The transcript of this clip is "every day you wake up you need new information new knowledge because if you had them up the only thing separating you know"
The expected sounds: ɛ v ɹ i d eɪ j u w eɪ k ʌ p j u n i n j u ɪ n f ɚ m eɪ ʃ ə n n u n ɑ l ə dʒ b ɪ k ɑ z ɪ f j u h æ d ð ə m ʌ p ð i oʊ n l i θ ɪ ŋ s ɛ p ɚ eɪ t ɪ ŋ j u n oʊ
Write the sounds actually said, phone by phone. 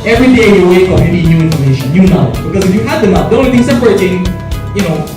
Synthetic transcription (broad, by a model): ɛ v ɹ i d eɪ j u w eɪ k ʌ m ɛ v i n j u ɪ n f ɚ m eɪ ʃ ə n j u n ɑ ə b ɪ k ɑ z ɪ f j u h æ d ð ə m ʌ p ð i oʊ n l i θ ɪ ŋ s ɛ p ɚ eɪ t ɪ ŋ j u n oʊ